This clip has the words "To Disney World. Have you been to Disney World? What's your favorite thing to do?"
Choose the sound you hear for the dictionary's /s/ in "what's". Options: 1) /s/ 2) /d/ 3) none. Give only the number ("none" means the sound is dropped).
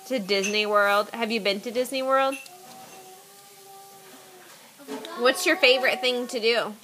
1